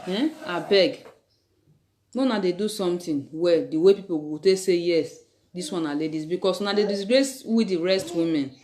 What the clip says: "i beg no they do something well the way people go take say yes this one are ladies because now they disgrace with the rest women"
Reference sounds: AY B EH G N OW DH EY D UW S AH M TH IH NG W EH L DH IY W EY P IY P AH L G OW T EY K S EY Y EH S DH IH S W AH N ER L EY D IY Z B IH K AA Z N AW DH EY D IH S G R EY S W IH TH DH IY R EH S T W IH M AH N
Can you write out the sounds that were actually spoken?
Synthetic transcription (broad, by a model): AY B EH G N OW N EY D UW S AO M T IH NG W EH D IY W EY P IY P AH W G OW T EY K S EY Y EH S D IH S W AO N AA L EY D IY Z B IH K AA S N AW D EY D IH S G R EY S W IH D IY R EH S T W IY M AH N